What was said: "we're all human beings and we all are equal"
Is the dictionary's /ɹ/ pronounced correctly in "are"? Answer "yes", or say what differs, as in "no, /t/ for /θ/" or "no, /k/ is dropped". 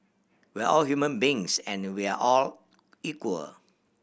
no, /l/ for /ɹ/